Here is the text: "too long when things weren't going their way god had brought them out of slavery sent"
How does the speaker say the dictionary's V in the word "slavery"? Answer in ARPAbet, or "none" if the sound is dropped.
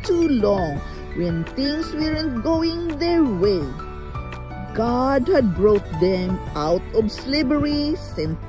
B